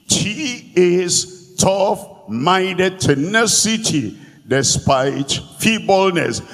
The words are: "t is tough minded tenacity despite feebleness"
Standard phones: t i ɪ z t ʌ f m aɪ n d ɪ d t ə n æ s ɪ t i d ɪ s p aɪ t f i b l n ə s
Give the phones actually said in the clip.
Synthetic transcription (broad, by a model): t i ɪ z t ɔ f m aɪ d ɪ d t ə n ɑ s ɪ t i d ɪ s p aɪ t f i b l n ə s